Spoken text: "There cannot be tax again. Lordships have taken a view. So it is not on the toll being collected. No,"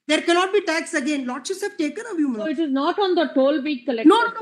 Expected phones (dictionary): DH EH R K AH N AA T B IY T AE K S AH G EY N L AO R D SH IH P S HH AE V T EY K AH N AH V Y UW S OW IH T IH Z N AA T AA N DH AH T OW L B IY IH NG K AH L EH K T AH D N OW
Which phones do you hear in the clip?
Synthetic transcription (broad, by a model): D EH R K AH N AA T B IY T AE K S AH G EY N L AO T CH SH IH S HH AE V T EY K AH N AH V Y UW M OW IH T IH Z N AA T AA N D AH T OW L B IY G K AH L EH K N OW